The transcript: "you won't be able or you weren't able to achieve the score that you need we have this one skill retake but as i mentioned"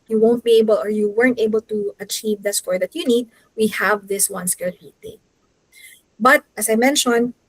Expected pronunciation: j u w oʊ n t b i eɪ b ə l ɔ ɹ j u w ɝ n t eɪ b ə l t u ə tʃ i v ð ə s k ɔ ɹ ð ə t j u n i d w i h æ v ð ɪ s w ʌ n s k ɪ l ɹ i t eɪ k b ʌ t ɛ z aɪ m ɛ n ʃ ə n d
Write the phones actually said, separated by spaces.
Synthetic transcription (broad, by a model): j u w oʊ n t b i eɪ b ə l ɔ ɹ j u w ɝ n t eɪ b ə l t u ə tʃ i v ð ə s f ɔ ɹ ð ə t j u n i d w i h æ v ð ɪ s w ʌ n s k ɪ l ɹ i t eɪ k b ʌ t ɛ s aɪ m ɛ n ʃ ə n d